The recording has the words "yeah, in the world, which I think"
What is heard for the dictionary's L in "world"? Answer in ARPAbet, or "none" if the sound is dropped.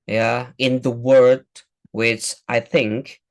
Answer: none